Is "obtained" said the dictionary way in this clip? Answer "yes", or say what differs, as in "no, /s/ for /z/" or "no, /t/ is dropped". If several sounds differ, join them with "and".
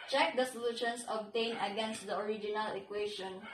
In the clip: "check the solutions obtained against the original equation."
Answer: no, /d/ is dropped